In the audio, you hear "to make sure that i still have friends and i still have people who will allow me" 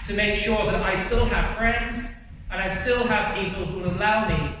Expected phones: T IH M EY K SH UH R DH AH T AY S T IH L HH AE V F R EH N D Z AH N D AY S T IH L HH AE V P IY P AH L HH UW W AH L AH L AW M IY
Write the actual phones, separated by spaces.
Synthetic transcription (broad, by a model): T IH M EY K SH UH R DH AH T AY S T IH L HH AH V F R EH N D Z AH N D AY S T IH L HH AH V P IY P AH L HH UW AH L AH UH M IY